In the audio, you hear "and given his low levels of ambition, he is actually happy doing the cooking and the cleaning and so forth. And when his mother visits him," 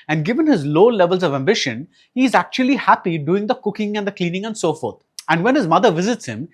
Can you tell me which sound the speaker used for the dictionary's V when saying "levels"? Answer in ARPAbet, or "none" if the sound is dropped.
V